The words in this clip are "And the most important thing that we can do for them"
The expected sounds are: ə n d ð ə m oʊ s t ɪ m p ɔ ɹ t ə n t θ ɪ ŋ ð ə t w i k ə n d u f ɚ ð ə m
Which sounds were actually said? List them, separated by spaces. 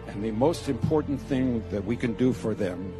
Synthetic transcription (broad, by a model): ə n ð ə m oʊ s t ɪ m p ɔ ɹ t n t θ ɪ ŋ ð ə t w i k ə n d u f ɚ ð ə m